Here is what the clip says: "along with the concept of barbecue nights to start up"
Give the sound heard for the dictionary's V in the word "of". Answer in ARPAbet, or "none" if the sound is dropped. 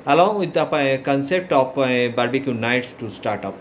P